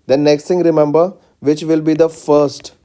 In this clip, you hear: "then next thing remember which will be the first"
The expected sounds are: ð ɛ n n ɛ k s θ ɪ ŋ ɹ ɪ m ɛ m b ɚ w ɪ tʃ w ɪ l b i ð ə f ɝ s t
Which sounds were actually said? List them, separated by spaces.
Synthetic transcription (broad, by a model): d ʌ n n ɛ k s t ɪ ŋ ɹ ɪ m ɛ m b ɚ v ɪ tʃ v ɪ l b i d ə f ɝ s t